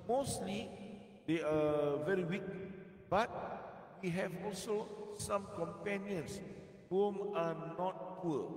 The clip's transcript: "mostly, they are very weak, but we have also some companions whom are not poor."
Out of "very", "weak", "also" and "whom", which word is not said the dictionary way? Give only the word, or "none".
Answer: none